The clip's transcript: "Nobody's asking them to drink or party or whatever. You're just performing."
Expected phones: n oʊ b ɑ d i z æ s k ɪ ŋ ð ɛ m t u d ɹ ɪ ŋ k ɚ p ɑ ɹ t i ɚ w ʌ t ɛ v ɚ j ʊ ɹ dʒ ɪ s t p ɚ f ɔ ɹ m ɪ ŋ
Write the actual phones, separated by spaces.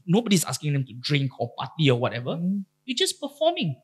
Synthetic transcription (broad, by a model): n oʊ b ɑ d i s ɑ s k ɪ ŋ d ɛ m t u d ɹ ɪ ŋ k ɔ p ɑ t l i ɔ w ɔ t ɛ v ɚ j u dʒ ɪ s p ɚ f ɔ m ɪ ŋ